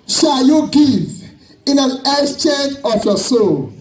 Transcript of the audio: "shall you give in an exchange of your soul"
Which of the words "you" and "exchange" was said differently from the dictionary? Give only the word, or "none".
exchange